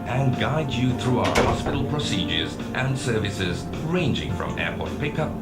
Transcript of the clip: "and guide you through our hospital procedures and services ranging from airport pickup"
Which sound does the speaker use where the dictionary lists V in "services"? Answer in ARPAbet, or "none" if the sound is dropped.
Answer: V